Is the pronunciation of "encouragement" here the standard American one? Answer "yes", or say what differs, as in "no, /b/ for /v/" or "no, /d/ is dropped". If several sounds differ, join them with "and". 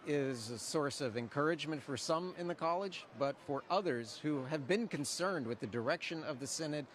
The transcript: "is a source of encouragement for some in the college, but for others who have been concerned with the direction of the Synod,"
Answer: yes